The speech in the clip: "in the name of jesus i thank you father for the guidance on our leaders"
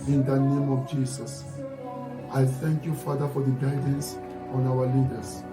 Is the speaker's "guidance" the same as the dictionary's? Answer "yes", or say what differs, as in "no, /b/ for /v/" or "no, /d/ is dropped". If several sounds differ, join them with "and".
yes